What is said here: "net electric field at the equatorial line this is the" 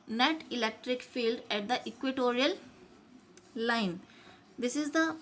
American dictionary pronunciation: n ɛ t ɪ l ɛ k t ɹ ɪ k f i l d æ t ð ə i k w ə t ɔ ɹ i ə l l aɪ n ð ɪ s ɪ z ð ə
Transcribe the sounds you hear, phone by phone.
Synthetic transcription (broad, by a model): n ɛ t ɪ l ɛ k t ɹ ɪ k f i l d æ t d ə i k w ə t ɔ ɹ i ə l l aɪ n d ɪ s ɪ z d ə